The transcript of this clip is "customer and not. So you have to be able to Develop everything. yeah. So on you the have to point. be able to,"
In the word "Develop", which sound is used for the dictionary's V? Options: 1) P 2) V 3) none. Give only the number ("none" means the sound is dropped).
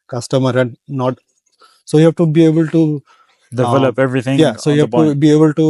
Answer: 3